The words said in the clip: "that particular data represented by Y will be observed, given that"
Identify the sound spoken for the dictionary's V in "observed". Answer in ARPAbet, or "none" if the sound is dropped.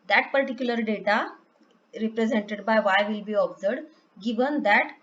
none